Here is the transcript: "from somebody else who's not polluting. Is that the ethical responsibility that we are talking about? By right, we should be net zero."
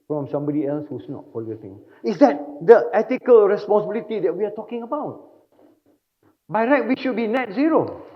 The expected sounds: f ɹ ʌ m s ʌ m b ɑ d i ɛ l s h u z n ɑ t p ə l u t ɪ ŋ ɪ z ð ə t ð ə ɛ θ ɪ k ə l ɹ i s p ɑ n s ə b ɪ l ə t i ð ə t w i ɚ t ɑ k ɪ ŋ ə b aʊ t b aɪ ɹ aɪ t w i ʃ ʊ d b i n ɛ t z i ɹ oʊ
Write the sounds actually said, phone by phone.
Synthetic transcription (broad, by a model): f ɹ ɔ m s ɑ m b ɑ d i ɛ l s h u s n ɑ t f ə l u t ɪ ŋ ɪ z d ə t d ə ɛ t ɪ k ə l ɹ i s p ɑ n s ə b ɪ l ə t i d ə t w i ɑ t ɑ k ɪ ŋ ə b aʊ t b aɪ ɹ aɪ t w i ʃ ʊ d b i n ɛ t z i ɹ oʊ